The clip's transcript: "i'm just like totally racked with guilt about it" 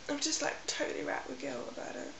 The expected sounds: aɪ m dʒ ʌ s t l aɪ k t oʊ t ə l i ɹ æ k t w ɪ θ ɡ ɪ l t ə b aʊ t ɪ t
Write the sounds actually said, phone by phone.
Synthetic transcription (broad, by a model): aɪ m dʒ ʌ s t l aɪ k t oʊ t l i ɹ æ t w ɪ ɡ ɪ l ə b aʊ t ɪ t